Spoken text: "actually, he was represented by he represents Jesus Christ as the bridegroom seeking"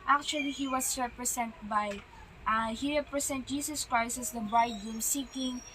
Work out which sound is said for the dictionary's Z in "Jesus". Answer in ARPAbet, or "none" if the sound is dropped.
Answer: S